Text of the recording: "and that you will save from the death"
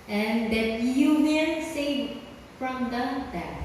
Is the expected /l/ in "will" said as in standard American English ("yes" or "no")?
no